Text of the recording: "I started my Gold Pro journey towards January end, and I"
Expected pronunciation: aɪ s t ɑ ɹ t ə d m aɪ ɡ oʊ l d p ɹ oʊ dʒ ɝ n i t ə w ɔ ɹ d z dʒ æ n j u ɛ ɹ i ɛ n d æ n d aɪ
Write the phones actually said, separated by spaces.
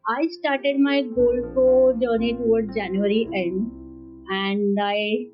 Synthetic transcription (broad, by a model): aɪ s t ɑ ɹ t ə d m aɪ ɡ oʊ l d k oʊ dʒ ɝ n i t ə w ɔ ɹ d dʒ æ n j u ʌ ɹ i ɛ n d æ n d aɪ